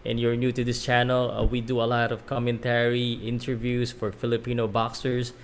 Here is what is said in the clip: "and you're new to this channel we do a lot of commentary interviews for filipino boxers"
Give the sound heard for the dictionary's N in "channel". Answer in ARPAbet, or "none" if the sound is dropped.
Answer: N